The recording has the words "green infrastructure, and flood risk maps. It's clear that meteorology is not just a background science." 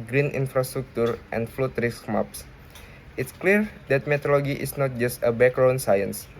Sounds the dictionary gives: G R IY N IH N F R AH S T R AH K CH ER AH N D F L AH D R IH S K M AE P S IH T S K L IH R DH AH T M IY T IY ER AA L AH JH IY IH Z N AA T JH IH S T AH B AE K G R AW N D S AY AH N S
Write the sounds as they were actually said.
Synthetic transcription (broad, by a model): G R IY N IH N F R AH S T R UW K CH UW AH N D F L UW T R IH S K M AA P S IH T S K L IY R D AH T M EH T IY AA L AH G IY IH S N AA T JH IH S T AH B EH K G R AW N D S AY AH N S